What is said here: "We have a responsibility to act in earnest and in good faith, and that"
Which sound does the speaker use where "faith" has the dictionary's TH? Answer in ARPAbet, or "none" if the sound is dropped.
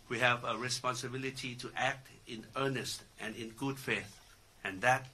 TH